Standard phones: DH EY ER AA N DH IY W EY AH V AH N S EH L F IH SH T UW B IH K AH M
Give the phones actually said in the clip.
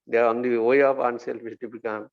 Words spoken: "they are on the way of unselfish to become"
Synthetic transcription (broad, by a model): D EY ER AA N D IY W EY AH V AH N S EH L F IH S T UW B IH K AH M